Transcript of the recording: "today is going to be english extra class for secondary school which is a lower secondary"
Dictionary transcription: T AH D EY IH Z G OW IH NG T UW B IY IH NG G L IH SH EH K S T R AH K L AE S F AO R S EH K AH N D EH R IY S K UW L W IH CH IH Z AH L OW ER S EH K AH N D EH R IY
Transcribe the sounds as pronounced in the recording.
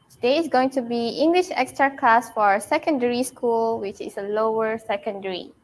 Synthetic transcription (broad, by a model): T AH D EY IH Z G OW IH NG T UW B IY IH NG G L IH SH EH K S T R AH K L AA S F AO R S EH K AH N D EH R IY S K UW L W IH CH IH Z AH L OW ER S EH K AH N D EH R IY